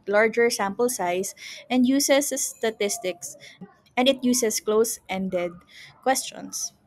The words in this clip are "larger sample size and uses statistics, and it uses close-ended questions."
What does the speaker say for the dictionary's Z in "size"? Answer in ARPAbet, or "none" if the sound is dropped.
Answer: S